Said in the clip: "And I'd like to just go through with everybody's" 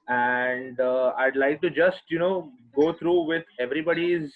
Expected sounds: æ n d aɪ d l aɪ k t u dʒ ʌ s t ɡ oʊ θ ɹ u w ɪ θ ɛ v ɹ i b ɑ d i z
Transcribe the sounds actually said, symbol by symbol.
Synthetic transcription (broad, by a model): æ n d aɪ d l aɪ k t u dʒ ʌ s t ɡ oʊ t ɹ u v ɪ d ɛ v ɹ i b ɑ d i z